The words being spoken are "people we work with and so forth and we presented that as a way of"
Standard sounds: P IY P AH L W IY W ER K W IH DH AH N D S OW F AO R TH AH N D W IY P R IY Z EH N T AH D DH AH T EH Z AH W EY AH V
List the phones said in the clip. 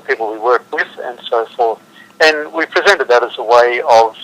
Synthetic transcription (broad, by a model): P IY P L W IY W ER K W IH DH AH N S OW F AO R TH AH N W IY P R IY Z EH N T AH D DH AH T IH Z AH W EY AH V